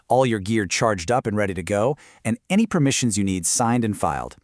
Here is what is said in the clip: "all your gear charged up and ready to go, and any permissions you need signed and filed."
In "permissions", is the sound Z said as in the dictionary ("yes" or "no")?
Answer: yes